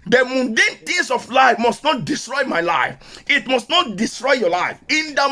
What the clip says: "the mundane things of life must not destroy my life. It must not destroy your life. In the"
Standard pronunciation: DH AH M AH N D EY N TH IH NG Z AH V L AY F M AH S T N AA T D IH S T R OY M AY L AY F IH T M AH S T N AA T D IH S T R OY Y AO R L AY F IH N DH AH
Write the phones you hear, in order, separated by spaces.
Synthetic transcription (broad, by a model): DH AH M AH N D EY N T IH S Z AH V L AY F M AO S T N AA T D IH S T R OY M AY L AY F IH T M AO S T N AA T D IH S T R OY Y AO L AY F IH N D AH